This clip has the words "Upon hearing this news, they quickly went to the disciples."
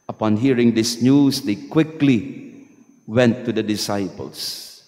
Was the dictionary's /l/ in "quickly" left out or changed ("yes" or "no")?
no